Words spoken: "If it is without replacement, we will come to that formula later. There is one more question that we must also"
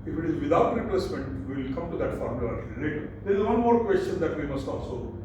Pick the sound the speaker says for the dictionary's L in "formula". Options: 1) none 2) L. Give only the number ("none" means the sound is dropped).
1